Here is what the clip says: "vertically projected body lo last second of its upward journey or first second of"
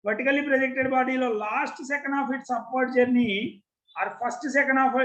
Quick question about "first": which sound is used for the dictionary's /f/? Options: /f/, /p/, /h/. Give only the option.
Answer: /p/